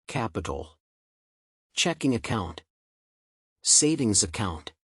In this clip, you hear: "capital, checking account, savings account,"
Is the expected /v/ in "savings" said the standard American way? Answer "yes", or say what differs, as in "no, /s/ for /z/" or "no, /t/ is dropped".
yes